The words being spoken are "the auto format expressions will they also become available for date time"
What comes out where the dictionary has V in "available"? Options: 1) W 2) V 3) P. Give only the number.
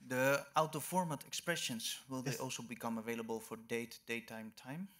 2